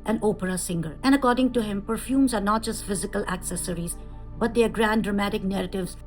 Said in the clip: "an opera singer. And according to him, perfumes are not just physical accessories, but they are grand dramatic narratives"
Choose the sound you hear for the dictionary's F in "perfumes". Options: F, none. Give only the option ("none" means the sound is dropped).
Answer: F